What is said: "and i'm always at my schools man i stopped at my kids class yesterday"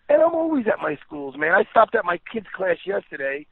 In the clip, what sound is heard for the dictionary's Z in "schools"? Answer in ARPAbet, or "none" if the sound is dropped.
Z